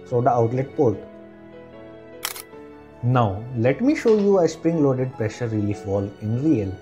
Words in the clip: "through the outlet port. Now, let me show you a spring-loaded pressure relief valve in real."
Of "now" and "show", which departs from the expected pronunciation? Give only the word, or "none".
none